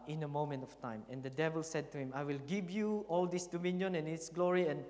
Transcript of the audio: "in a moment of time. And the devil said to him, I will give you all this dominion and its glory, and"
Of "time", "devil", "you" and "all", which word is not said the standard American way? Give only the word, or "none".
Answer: none